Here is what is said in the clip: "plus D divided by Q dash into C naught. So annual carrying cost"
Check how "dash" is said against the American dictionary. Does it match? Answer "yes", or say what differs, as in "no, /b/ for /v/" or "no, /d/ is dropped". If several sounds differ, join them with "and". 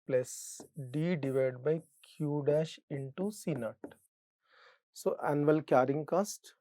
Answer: yes